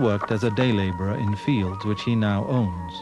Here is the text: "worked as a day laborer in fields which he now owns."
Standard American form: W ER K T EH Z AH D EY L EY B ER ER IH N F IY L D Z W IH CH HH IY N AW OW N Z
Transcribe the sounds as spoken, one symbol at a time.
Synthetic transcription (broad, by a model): W ER K T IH Z AH D EY L EY B ER ER IH N F IY L D Z W IH CH HH IY N AW OW N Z